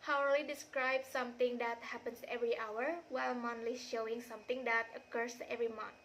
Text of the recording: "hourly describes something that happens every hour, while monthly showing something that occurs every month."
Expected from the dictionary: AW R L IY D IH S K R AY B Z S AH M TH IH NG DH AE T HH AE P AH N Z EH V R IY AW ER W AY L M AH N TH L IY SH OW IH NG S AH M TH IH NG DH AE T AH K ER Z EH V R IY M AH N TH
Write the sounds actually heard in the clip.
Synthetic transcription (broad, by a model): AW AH L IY D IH S K R AY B S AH M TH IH NG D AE T HH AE P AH N S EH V R IY AW ER W AY L M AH N T L IY SH OW IH NG S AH M T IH NG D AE T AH K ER S EH V R IY M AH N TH